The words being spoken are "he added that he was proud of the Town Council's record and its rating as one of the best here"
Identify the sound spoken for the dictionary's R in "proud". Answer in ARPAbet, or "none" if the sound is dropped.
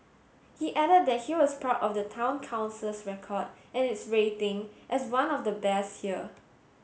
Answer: none